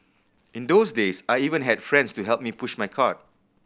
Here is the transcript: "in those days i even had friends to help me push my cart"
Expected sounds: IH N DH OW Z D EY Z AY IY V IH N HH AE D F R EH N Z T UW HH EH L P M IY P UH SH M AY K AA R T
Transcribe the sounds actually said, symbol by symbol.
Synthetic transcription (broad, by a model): IH N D OW S D EY S AY IY V IH N HH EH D F R EH N S T UW HH EH L P M IY P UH SH M AY K AA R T